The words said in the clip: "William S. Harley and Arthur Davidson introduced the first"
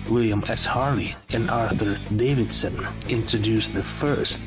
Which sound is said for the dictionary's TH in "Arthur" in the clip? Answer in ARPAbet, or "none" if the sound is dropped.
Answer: TH